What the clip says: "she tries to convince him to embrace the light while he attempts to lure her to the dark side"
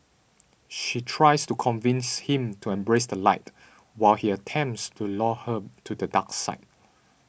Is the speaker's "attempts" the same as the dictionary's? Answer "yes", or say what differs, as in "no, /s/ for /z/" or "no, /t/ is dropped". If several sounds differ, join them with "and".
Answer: yes